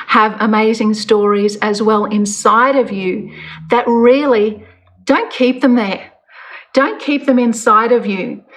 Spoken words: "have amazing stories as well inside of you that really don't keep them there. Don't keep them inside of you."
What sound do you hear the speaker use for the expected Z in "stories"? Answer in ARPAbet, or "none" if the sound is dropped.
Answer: Z